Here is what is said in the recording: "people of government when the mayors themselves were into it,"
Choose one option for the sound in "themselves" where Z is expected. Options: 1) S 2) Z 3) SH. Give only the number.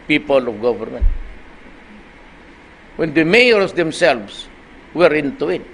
1